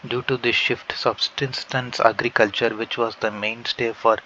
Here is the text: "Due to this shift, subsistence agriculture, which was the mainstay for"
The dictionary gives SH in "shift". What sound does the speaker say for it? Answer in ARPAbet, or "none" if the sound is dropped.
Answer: SH